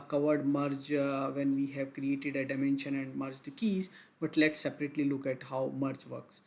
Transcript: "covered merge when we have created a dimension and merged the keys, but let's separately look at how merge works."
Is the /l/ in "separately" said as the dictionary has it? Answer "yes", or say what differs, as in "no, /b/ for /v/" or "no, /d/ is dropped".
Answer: yes